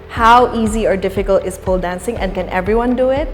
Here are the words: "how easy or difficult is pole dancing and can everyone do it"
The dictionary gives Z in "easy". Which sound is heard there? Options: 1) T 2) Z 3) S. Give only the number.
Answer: 2